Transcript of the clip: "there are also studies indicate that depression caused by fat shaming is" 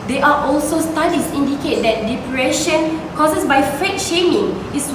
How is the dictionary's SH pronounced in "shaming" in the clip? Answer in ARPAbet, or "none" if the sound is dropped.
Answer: SH